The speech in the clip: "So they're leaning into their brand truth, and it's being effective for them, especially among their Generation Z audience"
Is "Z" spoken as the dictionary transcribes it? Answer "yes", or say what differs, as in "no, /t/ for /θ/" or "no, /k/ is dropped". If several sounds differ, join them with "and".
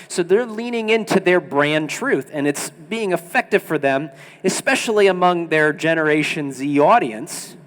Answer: yes